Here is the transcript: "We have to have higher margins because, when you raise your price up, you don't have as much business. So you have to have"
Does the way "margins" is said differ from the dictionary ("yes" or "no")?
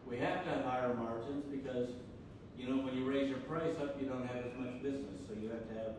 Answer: no